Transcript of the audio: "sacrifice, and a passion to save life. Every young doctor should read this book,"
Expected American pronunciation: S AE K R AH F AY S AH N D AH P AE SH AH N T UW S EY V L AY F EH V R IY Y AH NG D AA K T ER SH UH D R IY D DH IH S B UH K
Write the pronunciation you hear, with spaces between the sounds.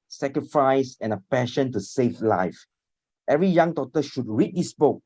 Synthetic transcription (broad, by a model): S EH K R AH F AY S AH N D AH P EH SH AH N T UW S EY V L AY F EH V R IY Y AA NG D AA T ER SH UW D R IY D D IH S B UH K